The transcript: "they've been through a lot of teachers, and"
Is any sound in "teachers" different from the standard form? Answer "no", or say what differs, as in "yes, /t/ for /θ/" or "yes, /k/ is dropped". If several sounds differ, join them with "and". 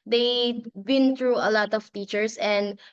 yes, /s/ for /z/